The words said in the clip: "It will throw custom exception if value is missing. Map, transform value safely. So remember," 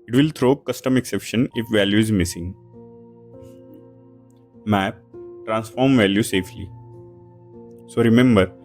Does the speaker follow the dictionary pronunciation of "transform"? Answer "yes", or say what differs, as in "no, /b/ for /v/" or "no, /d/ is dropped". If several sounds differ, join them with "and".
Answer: yes